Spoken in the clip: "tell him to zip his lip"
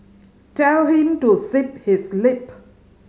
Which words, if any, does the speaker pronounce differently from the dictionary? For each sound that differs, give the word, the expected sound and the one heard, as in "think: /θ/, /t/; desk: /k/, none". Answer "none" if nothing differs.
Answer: zip: /z/, /s/